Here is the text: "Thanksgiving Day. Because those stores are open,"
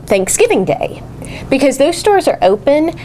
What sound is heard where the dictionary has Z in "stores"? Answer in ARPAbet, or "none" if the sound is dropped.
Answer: Z